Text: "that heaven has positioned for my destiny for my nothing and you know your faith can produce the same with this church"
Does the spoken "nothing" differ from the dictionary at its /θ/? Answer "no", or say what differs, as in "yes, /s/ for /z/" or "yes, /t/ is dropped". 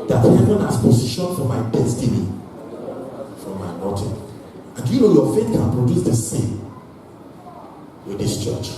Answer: yes, /t/ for /θ/